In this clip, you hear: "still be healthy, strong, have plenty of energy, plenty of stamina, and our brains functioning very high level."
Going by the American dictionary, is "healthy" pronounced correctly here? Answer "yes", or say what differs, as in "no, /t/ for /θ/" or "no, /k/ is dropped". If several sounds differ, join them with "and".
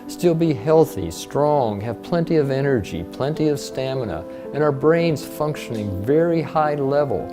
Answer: yes